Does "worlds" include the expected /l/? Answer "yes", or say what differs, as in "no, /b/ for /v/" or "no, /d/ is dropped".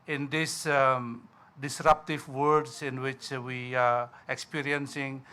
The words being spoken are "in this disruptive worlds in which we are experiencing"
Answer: no, /l/ is dropped